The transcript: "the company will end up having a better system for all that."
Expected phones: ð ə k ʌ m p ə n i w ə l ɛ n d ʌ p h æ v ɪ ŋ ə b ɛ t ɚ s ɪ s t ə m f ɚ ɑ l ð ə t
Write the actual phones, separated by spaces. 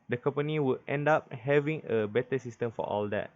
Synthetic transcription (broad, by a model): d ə k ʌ m p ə n i w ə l ɛ n d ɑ p h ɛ v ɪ ŋ ə b ɛ t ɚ s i s t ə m f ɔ ɑ l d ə t